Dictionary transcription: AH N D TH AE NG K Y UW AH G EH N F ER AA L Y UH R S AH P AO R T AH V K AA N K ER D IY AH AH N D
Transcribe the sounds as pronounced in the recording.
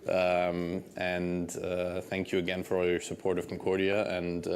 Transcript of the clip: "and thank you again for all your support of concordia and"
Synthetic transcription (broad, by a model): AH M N TH AE NG K Y AH G EH N F ER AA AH R S AH P AO R T AH V K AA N K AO D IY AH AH N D